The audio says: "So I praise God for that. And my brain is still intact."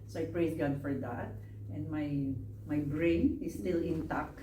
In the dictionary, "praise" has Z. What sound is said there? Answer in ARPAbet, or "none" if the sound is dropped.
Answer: S